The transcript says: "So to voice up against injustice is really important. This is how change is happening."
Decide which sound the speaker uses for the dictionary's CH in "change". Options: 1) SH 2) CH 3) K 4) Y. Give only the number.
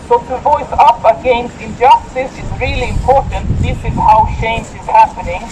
1